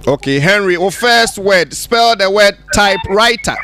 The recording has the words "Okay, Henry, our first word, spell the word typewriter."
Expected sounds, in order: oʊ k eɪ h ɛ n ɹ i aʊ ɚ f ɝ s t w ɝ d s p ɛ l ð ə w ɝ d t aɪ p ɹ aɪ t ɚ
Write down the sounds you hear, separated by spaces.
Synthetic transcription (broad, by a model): oʊ k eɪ h ɛ n ɹ i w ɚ f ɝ s t w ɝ d s p ɛ l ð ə w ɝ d t aɪ p ɹ aɪ t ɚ